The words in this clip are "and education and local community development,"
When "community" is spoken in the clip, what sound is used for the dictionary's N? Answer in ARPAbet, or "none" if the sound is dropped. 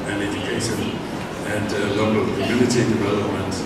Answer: L